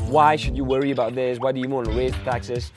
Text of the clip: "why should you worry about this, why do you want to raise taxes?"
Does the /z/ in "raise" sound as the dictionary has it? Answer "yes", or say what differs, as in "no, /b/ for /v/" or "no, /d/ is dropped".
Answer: no, /z/ is dropped